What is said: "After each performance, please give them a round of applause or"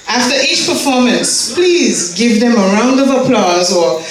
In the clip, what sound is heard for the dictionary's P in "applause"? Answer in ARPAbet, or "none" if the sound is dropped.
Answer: P